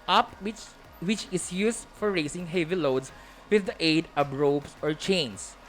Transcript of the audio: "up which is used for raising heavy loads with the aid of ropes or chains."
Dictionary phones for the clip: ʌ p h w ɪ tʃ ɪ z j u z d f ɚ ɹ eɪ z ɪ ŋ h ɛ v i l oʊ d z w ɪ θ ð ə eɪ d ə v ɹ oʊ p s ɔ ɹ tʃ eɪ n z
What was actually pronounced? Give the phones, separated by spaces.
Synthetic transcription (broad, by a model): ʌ p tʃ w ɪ tʃ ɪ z j u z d f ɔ ɹ eɪ s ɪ ŋ h ɛ v i l oʊ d s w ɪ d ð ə eɪ d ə b ɹ oʊ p s ɔ ɹ tʃ eɪ n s